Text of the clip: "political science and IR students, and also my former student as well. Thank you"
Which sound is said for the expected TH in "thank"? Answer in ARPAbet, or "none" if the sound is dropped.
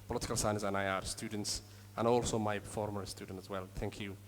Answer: TH